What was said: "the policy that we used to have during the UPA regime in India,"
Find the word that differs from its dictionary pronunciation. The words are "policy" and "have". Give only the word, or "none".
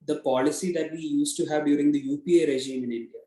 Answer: none